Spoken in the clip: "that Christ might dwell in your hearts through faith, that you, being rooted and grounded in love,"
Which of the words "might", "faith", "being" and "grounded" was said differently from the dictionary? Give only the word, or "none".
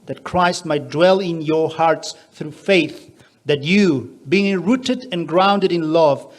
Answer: none